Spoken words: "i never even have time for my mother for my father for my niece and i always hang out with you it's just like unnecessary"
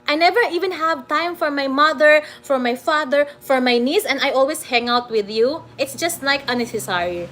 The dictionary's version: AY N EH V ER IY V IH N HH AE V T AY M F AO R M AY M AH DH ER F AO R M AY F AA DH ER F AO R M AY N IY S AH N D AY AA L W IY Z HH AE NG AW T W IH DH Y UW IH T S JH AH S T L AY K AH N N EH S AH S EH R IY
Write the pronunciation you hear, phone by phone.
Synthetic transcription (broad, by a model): AY N EH V ER IY V IH N HH AE V T AY M F AO R M AY M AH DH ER F AO R M AY F AA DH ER F AO R M AY N IY S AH N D AY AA L W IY S HH AE NG AW T W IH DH Y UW IH T S JH AH S T L AY K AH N N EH S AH S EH R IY